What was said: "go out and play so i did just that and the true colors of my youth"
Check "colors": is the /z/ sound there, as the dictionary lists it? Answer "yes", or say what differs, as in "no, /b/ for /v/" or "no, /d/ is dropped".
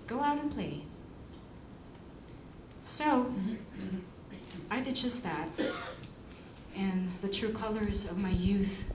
yes